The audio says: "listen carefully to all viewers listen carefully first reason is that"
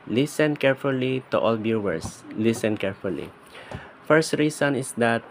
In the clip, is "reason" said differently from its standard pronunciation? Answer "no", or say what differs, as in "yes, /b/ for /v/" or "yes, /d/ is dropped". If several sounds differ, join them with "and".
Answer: yes, /s/ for /z/